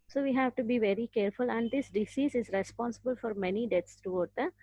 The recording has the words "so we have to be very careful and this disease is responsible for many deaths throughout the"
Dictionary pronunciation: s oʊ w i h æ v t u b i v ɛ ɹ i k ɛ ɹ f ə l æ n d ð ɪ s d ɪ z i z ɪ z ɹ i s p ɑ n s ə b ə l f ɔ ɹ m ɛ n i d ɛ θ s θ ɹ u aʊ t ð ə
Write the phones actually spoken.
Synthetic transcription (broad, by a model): s oʊ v i h æ v t u b i v ɛ ɹ i k ɛ ɹ f ə l æ n d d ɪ s d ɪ s i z ɪ z ɹ i s p ɑ n s ə b ə l f ɔ ɹ m ɛ n i d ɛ t s t ɹ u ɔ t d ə